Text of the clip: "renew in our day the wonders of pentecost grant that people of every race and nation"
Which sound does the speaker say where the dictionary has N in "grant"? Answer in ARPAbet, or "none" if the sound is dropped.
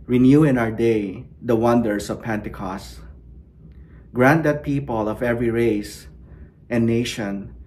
N